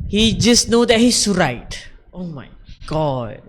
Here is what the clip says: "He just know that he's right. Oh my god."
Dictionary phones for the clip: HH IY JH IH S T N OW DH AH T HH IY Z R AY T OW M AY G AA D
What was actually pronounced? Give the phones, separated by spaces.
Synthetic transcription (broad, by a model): HH IY JH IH S N OW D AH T HH IY S R AY T OW M AY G AA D